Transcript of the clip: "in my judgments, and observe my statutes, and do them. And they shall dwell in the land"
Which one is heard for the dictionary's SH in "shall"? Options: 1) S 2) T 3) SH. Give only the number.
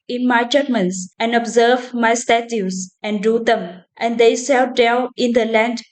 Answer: 1